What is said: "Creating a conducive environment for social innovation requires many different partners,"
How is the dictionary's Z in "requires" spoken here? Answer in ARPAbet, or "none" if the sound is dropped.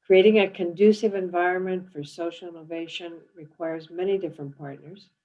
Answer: Z